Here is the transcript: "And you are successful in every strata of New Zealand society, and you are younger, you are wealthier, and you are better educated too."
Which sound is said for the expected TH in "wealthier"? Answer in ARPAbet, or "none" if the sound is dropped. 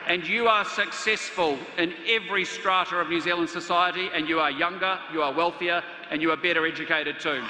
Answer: TH